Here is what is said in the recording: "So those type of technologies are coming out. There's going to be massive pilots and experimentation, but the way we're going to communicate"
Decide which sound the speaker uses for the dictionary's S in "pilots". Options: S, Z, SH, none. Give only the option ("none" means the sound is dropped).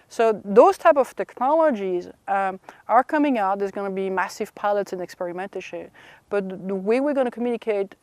S